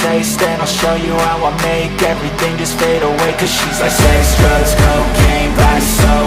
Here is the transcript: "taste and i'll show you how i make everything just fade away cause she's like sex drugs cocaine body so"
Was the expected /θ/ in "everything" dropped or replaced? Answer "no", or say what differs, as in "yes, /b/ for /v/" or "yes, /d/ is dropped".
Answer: no